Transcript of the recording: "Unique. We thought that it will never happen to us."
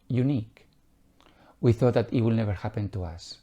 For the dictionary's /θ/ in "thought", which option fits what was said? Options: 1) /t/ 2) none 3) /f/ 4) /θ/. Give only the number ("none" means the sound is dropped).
4